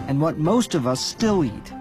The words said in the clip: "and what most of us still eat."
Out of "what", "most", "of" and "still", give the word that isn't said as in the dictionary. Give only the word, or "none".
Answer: none